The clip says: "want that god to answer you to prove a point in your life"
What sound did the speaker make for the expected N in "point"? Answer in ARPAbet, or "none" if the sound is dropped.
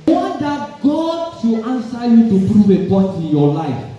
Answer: none